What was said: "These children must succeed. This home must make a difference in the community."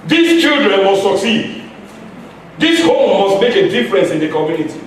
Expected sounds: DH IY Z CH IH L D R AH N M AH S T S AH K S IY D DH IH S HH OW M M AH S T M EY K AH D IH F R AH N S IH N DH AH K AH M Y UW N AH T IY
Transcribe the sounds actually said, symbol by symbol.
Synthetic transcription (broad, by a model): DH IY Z CH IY L D R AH N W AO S S AH K S IY D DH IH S HH OW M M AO S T M EY K AH D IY F R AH N S IH N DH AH K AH M Y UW N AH T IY